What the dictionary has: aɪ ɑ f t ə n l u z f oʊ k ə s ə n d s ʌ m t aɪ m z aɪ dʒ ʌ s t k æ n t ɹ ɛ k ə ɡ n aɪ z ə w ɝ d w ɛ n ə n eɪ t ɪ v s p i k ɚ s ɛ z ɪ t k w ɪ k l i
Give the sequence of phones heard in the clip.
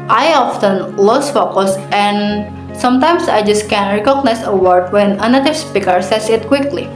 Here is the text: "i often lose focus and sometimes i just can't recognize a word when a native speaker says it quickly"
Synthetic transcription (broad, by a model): aɪ ɑ f t ə n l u s f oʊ k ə s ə n s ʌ m t aɪ m s aɪ dʒ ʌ s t k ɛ n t ɹ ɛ k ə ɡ n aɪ s ə w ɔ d w ɛ n ə n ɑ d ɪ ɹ s p i k ɚ s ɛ s ɪ t k w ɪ k l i